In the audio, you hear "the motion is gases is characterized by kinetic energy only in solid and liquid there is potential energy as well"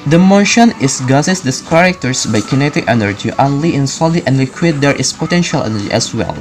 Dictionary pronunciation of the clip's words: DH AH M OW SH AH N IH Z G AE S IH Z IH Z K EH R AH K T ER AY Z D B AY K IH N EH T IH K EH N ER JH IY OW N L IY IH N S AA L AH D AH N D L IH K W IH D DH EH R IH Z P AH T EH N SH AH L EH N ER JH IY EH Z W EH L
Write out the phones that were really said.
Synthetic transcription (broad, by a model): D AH M OW SH AH N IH S G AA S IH S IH S K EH R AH K T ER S B AY K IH N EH T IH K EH N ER JH IY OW N L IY IH N S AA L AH AH N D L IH K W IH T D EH R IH S P AH T EH N SH AH L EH N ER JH IY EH S W EH L